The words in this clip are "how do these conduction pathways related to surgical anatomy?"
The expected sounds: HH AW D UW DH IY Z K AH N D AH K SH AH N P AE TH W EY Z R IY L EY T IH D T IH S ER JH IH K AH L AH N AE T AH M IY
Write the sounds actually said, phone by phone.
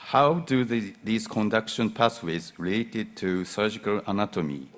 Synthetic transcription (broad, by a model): HH AW D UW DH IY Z K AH N D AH K SH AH N P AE S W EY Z R IY L EY T IH D T IH S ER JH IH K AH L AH N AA T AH M IY